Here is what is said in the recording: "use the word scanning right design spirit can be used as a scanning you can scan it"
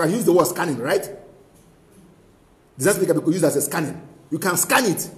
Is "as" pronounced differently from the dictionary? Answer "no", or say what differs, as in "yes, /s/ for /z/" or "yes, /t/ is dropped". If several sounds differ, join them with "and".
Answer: yes, /s/ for /z/